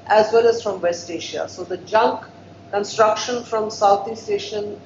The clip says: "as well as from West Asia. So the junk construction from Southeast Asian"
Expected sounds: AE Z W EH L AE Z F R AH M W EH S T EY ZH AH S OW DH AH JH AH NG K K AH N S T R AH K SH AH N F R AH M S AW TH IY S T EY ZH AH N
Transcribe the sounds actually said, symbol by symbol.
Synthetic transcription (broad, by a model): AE Z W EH L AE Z F R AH M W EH S T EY SH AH S OW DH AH JH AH NG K K AH N S T R AH K SH AH N F R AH M S AW T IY S T EY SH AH N